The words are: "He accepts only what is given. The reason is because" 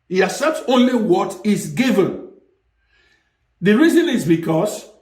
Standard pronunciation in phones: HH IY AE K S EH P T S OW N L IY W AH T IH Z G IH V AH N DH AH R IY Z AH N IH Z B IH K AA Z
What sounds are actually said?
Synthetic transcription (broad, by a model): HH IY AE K S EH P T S OW N L IY W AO T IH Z G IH V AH N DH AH R IY Z AH N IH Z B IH K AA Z